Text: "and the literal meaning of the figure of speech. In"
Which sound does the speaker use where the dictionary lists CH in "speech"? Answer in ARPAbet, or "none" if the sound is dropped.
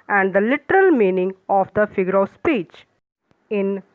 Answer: CH